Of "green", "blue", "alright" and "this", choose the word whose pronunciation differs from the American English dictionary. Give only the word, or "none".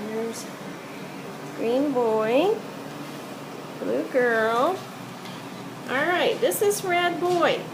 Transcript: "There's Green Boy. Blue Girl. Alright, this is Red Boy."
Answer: none